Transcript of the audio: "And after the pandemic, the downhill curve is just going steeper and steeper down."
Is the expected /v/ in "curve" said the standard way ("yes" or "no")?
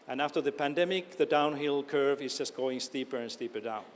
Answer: yes